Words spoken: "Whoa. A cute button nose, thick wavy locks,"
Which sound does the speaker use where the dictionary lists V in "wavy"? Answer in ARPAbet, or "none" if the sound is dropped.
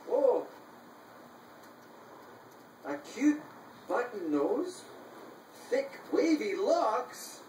V